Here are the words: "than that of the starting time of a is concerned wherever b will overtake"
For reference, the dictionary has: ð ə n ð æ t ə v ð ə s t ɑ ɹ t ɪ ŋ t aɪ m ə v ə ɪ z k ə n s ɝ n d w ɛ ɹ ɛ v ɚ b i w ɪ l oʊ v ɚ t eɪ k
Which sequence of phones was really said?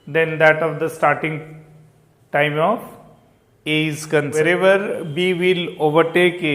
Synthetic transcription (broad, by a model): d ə n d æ t ə v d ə s t ɑ ɹ t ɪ ŋ t aɪ m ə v ə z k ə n ɝ d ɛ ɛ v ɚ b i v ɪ l oʊ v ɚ t eɪ k